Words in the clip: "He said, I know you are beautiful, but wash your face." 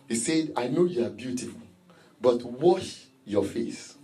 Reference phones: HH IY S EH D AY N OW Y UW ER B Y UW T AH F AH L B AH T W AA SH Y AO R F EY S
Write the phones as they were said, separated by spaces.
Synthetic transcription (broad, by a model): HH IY S EH D AY N OW Y UW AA B Y UW T AH F AH L B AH T W AA SH Y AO F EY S